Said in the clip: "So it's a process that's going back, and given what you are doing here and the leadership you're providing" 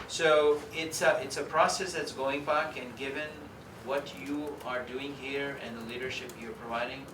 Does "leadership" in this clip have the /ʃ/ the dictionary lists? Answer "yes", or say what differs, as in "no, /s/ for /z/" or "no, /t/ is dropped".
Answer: yes